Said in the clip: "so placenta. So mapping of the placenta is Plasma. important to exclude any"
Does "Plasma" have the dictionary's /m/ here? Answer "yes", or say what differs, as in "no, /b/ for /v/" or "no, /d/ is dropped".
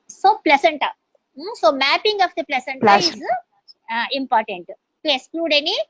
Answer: no, /m/ is dropped